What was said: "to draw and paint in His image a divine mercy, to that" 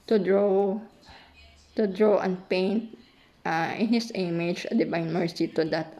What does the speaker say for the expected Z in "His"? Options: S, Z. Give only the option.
S